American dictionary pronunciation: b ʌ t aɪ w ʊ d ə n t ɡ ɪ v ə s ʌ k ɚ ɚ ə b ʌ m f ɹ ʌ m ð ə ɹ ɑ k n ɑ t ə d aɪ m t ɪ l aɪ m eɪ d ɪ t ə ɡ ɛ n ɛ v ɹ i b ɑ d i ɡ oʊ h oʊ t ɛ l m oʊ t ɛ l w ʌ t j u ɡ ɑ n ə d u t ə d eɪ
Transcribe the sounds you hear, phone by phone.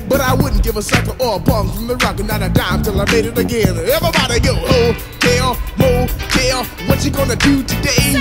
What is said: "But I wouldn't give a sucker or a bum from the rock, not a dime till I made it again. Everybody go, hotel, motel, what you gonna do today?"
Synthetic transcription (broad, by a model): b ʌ t aɪ w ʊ d n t ɡ ɪ v ə s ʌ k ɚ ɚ ə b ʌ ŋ f ɹ ʌ m ð ə ɹ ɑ k n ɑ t ə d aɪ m t ɪ l aɪ m eɪ d ɪ t ə ɡ ɛ n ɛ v i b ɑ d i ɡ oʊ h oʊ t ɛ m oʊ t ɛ w ʌ t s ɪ ɡ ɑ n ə d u t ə d eɪ